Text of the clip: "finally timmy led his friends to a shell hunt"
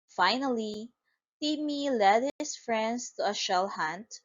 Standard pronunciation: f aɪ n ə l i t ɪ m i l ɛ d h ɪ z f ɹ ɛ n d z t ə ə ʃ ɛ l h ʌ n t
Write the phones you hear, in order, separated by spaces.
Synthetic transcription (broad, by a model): f aɪ n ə l i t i m i l ɛ d h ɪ s f ɹ ɛ n d s t ə ə ʃ ɛ l h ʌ n t